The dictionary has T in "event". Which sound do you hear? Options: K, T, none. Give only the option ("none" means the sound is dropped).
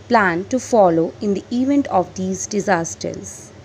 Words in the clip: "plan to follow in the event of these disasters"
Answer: T